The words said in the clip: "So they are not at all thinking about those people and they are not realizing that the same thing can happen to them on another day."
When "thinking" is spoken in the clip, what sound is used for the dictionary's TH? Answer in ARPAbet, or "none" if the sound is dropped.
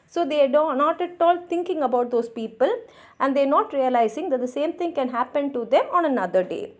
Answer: T